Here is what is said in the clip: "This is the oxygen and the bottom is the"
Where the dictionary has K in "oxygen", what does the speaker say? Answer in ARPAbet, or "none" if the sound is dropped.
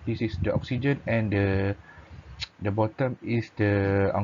K